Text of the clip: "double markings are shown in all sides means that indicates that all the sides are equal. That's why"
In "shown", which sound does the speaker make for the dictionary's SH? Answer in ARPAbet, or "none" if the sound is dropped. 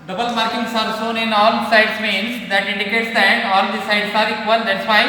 S